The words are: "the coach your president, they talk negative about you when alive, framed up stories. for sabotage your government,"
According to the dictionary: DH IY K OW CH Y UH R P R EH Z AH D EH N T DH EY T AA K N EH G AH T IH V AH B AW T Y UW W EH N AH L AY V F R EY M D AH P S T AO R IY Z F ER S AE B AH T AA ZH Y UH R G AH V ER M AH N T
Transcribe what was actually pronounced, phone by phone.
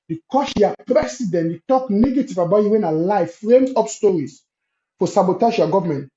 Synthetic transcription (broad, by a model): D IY K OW SH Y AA P R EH S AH D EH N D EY T AA K N EH G AH T IH V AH B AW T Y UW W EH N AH L AY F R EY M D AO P S T AO R IY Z F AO S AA B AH T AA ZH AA G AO V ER M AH N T